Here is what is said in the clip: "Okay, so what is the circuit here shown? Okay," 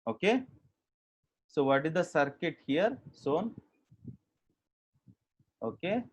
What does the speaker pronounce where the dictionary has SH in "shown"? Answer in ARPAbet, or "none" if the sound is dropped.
S